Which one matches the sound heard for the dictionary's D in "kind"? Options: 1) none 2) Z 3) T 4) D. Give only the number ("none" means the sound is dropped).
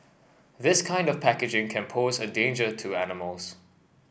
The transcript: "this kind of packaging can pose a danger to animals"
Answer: 4